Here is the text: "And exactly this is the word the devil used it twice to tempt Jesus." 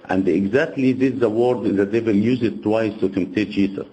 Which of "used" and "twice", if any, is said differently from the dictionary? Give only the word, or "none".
used